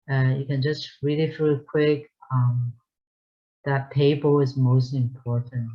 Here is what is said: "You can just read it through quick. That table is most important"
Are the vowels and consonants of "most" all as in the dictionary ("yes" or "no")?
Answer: yes